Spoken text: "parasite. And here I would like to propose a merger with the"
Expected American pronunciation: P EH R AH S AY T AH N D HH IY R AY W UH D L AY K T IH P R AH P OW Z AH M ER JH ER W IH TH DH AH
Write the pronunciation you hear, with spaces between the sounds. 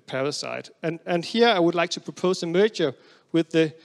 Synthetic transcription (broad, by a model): P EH R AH S AY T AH N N HH IY R AY W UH D L AY K T IH P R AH P OW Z AH M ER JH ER W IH DH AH